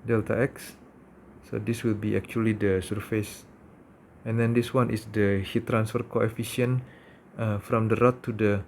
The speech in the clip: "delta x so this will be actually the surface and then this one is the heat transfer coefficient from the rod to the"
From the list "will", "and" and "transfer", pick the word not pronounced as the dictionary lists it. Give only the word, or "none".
none